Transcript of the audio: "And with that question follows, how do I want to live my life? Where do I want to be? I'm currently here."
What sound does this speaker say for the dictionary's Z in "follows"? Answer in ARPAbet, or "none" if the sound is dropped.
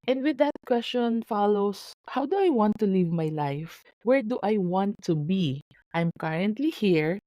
S